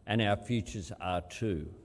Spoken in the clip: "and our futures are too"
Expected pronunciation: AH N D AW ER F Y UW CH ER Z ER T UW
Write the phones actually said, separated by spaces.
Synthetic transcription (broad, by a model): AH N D AW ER F Y UW CH ER Z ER T UW